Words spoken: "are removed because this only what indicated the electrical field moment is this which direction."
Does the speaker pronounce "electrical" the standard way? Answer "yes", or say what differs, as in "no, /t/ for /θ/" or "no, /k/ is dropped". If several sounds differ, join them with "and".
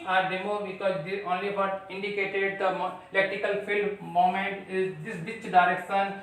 no, /ɹ/ is dropped